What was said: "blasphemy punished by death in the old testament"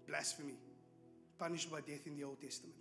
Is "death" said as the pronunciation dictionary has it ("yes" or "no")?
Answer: yes